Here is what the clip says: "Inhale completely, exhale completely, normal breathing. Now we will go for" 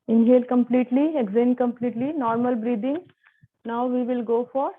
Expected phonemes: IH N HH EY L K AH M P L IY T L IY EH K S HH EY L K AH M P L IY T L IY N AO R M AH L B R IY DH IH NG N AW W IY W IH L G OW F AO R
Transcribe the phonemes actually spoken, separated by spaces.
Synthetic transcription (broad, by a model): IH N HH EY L K AH M P L IY T L IY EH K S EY N K AH M P L IY T L IY N AO R M AH L B R IY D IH NG N AW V IY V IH L G OW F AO R